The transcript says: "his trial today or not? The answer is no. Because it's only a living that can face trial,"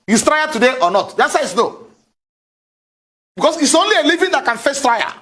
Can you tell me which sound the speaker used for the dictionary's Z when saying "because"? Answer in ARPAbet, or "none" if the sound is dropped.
S